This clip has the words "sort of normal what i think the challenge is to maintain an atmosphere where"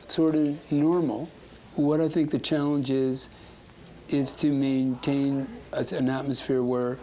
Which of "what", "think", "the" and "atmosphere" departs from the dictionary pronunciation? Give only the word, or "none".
none